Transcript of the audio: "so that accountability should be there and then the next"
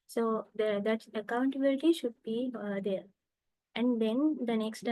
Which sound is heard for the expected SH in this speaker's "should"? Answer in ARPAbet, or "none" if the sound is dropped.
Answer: SH